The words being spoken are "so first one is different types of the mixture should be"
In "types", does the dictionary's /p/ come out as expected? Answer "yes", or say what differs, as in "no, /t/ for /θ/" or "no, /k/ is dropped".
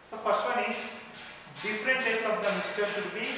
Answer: no, /p/ is dropped